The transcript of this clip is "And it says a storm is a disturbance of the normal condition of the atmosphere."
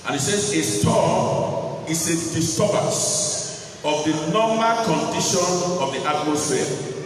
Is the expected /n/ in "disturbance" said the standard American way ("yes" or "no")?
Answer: no